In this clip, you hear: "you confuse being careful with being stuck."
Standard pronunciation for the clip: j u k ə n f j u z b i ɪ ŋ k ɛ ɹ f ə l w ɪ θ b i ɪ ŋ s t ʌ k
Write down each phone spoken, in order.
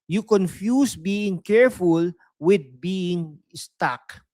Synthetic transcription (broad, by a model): j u k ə n f j u s b i ɪ ŋ k ɛ ɹ f ə l w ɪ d b i ɪ ŋ s t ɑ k